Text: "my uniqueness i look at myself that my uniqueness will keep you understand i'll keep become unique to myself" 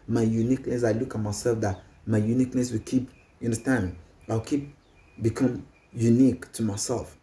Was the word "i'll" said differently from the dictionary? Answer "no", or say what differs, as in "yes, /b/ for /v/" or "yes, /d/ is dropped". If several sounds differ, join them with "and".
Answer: yes, /w/ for /l/